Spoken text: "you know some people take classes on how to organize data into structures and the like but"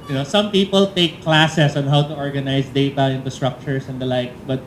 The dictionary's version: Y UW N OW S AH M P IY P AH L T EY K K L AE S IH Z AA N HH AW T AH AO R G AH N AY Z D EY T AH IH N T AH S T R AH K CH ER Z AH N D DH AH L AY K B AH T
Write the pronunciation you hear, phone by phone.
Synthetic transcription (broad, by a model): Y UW N OW S AH M P IY P AH L T EY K K L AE S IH S AA N HH AW T AH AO R G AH N AY S D EY T AH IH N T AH S T R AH K CH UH S AH N D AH L AY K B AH T